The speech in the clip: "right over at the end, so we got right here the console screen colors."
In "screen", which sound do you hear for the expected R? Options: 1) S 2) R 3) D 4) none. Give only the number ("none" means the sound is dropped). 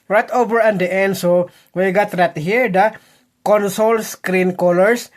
2